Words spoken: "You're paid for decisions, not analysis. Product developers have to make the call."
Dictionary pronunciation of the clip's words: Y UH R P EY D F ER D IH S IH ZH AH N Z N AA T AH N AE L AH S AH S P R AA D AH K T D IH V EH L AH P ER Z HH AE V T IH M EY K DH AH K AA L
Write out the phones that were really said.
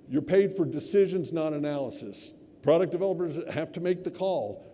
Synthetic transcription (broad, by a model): Y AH R P EY D F ER D IH S IH ZH AH N Z N AA T AH N AE L AH S AH S P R AA D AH K D IH V EH L AH P ER Z HH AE F T IH M EY K DH AH K AA L